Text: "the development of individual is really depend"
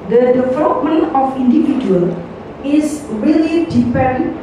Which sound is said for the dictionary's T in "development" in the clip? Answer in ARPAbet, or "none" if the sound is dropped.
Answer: none